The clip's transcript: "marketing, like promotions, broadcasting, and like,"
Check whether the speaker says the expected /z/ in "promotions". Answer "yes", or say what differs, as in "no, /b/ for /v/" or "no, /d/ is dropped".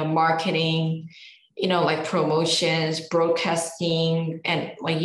yes